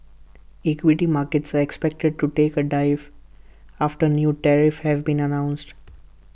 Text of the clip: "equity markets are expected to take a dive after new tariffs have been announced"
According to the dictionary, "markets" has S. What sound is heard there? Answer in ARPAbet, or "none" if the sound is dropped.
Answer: S